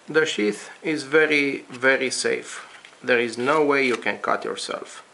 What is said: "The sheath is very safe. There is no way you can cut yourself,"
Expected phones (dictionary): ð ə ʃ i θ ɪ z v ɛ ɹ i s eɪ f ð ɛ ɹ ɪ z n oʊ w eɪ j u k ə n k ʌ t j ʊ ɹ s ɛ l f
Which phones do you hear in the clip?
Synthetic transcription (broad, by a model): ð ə ʃ i θ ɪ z v ɛ ɹ i s eɪ f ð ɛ ɹ ɪ z n oʊ w eɪ j u k ə n k ʌ t j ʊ ɹ s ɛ l f